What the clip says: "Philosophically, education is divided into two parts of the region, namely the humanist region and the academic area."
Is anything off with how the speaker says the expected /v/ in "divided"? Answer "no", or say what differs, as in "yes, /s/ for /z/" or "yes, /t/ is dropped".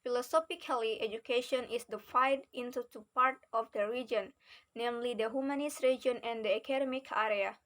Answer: yes, /f/ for /v/